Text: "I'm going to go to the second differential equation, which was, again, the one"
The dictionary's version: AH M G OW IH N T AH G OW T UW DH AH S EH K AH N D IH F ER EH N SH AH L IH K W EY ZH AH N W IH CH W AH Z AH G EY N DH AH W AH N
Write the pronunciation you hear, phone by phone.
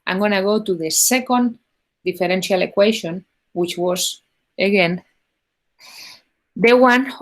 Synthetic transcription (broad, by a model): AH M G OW N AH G OW T UW DH AH S EH K AH N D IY F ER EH N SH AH L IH K W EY SH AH N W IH CH W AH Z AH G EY N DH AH W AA N